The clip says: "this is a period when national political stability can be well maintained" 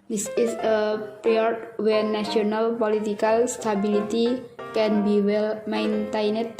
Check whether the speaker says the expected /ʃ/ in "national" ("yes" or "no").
no